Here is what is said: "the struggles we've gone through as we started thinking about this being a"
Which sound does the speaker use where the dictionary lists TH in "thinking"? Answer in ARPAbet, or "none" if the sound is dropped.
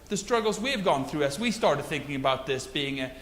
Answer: TH